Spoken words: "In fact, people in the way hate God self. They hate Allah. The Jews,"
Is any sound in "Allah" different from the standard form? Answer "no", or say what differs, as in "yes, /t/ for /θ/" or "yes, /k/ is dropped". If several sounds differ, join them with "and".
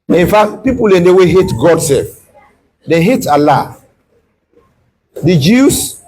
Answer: no